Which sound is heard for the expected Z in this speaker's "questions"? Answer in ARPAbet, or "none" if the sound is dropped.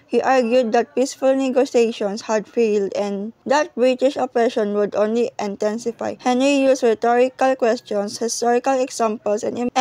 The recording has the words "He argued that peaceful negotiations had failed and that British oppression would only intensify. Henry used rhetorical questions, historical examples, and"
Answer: S